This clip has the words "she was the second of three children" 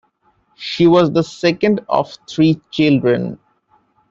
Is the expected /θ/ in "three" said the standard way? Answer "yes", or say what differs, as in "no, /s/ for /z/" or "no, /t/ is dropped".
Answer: no, /t/ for /θ/